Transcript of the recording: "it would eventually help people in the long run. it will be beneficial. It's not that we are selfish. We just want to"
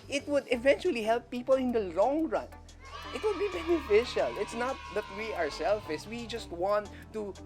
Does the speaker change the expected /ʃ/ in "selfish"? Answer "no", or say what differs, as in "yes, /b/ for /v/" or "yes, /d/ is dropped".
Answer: yes, /s/ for /ʃ/